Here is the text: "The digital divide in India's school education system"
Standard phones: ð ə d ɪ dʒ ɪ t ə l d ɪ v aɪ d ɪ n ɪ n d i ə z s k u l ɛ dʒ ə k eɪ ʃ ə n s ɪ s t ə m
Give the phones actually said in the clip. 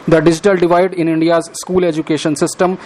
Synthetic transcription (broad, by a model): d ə d ɪ dʒ ɪ t ə l d ɪ v aɪ d ɪ n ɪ n d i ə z s k u l ɛ dʒ ə k eɪ ʃ ə n s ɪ s t ə m